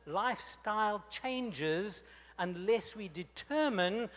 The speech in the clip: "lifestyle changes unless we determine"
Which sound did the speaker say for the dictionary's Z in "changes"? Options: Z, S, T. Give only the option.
Z